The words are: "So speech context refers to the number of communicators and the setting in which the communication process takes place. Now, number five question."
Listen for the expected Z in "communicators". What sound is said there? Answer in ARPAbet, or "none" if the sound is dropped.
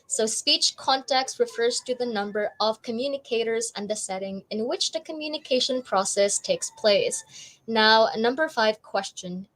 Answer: Z